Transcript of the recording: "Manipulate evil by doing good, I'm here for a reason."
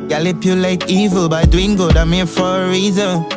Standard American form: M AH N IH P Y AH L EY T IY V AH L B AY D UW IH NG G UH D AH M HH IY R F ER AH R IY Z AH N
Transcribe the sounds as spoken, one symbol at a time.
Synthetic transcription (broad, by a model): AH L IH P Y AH L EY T IY V AH L B AY D UW IH NG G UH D AH M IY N F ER AH R IY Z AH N